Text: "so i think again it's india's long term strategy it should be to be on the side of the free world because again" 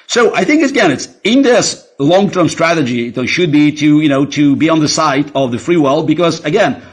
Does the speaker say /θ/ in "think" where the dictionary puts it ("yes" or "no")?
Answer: yes